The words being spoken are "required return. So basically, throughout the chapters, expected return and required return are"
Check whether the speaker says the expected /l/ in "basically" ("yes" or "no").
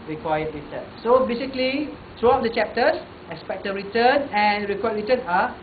yes